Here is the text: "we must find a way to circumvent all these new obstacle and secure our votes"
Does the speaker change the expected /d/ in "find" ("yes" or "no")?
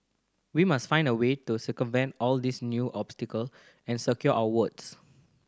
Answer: no